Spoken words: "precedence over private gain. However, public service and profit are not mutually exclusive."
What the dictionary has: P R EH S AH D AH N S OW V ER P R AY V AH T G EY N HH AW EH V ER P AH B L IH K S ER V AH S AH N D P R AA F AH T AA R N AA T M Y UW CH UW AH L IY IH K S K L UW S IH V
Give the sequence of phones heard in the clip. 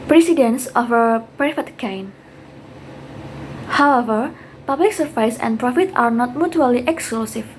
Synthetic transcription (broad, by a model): P R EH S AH D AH N S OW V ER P R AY F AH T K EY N HH AW EH V ER P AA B L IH K S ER F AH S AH N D P R AA F AH T AA R N AA T M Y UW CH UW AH L IY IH K S K L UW S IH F